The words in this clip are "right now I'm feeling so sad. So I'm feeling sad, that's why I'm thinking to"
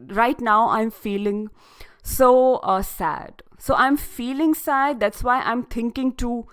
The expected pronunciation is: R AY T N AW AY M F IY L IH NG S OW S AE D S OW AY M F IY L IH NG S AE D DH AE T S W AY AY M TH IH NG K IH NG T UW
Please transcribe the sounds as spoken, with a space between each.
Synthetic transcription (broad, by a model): R AY T N AW AY M F IY L IH NG S OW S AE D S OW AY M F IY L IH NG S AE D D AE T S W AY AY M T IH NG K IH NG T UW